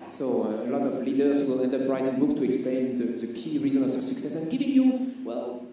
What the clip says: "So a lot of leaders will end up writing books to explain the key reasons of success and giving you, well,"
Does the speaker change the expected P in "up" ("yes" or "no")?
yes